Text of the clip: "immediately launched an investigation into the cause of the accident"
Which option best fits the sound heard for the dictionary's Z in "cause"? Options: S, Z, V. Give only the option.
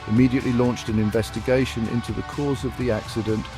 Z